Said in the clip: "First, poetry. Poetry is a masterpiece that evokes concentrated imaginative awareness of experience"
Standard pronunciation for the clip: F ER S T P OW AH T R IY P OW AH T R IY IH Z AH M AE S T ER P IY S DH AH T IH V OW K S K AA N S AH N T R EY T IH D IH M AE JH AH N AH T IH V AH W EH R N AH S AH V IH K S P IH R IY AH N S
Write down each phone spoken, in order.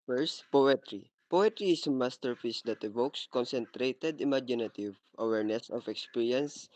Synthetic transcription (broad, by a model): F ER S T P OW AH T R IY P OW AH T R IY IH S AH M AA S T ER F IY S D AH T IH V OW K S K AA N S AH N T R EY T IH D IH M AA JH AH N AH T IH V AH W EH R N AH S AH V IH K S P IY R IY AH N S